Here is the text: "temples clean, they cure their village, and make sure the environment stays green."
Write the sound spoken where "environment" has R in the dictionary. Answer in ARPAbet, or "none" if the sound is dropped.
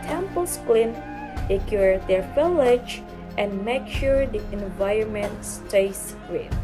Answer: R